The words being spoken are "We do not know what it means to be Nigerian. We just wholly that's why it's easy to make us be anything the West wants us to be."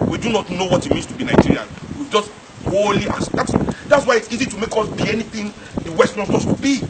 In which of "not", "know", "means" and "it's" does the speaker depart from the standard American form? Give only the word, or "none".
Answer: means